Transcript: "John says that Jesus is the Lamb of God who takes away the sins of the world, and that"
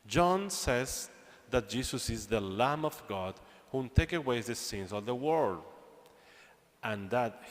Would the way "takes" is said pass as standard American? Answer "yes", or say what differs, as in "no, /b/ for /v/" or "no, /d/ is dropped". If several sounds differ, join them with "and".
no, /s/ is dropped